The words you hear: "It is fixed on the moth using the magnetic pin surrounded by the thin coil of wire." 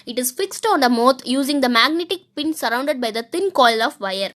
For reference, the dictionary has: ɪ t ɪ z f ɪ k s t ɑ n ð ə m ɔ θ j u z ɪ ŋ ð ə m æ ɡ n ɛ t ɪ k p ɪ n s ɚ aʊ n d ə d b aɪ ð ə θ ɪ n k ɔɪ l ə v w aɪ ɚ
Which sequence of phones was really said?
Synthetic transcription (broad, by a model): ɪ t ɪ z f ɪ k s t ɑ n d ə m ɔ t j u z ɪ ŋ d ə m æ ɡ n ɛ t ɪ k p ɪ n s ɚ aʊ n d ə d b aɪ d ə t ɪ n k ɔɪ l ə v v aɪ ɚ